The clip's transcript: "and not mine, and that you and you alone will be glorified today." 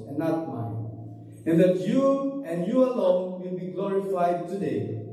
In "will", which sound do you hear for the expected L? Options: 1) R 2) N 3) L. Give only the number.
3